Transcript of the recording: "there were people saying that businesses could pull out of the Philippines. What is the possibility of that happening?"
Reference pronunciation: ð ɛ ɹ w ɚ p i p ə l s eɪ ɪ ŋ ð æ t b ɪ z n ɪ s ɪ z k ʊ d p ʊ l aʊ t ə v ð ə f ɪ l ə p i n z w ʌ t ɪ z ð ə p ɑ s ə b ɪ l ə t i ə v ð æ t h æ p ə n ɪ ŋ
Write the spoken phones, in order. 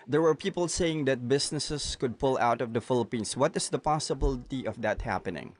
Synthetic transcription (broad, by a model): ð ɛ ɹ w ɚ p i p ə l s eɪ ɪ ŋ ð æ t b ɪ s n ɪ s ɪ s k ʊ d p ʊ l aʊ t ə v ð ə f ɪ l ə p i n s w ʌ t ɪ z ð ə p ɑ s ə b ɪ l ə t i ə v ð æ t h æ p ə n ɪ ŋ